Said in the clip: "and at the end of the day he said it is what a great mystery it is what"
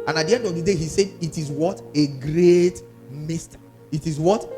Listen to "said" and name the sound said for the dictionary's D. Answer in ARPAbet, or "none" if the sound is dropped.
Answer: D